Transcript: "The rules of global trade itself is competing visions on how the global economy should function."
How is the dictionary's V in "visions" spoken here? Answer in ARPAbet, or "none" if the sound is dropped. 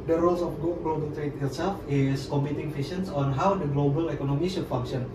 F